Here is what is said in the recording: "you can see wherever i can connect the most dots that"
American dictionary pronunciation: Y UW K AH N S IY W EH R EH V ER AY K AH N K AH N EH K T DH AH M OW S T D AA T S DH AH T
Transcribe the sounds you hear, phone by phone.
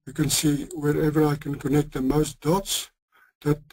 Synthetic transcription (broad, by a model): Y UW K AH N S IY W EH R EH V ER AY K AH N K AH N EH K T DH AH M OW S T D AA T S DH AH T